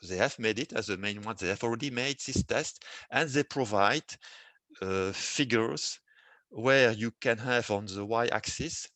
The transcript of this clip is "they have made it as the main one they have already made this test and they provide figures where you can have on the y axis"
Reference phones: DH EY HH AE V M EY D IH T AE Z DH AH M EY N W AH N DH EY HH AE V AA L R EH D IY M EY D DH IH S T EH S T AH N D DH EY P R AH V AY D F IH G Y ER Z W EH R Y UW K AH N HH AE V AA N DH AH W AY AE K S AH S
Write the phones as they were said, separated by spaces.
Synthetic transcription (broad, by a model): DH EY HH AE V M EY D IH T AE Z DH AH M EY N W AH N DH EY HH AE V AA L R EH D IY M EY D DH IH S T EH S T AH N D DH EY P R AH V AY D F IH G Y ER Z W EH R Y UW K AH N HH AE V AA N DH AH W AY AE K S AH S